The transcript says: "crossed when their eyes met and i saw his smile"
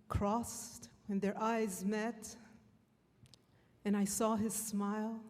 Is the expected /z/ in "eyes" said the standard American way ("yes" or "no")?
yes